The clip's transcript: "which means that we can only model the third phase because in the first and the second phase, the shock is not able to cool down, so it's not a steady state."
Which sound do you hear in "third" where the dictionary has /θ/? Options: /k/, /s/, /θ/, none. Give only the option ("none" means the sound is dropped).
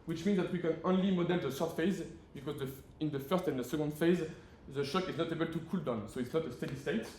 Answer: /s/